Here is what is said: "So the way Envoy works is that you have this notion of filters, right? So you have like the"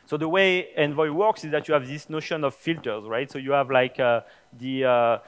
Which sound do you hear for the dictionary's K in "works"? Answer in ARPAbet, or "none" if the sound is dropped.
K